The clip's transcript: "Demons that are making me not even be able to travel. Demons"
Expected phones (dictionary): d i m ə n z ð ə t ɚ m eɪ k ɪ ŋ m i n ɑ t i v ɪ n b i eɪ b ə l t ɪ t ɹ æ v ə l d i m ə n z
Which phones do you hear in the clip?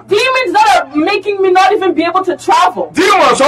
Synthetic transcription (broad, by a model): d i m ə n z ð ə t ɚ m eɪ k ɪ ŋ m i n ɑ t i v ɪ n b i eɪ b l t ɪ t ɹ æ v ə l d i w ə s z